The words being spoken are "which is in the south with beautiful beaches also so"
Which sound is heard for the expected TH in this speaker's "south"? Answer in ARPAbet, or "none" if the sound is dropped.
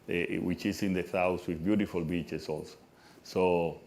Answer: S